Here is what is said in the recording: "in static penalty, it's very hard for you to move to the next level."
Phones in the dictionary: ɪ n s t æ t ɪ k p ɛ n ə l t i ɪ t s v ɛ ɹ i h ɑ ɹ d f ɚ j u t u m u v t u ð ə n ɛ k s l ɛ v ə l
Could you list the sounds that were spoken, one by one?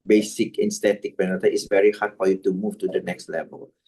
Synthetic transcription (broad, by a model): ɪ n s t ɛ t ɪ k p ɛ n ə t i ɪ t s v ɛ ɹ i h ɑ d f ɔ j u t u m u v t u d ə n ɛ k s l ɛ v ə l